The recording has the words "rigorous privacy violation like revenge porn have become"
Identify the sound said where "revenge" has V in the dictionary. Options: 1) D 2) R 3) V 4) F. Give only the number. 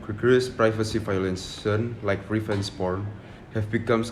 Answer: 4